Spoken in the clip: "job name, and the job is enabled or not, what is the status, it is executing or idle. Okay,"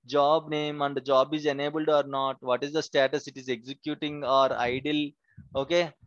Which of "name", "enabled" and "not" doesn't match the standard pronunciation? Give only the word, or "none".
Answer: none